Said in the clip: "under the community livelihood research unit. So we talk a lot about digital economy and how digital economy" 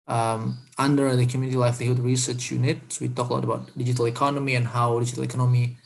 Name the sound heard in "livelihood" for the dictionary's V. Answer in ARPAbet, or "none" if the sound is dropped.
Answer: F